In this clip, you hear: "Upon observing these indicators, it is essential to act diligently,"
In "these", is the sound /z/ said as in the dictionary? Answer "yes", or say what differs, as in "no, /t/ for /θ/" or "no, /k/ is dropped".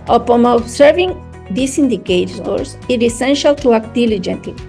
no, /s/ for /z/